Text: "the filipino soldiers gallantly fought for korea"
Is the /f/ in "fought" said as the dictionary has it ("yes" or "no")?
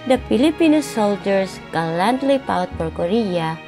no